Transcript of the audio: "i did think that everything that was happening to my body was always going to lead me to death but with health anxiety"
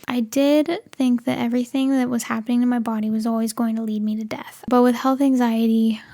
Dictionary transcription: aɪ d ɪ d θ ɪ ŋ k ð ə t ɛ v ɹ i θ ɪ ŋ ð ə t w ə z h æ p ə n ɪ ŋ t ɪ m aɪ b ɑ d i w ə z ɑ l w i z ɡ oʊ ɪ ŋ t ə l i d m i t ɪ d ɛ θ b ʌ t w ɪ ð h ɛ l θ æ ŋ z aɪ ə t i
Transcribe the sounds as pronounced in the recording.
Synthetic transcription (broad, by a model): aɪ d ɪ d θ ɪ ŋ k ð ə t ɛ v ɹ i θ ɪ ŋ ð ə t w ə z h æ p ə n ɪ ŋ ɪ m aɪ b ɑ d i w ə z ɑ l w i z ɡ oʊ ɪ ŋ t ə l i d m i t ɪ d ɛ θ b ʌ t w ɪ ð h ɛ l θ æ ŋ z aɪ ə t i